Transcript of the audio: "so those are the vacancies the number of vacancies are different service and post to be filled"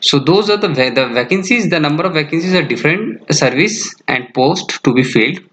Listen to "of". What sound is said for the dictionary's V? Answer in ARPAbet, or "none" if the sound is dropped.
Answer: V